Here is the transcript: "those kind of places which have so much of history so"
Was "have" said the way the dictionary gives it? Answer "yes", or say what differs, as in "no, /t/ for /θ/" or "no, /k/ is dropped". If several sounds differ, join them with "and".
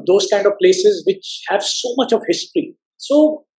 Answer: yes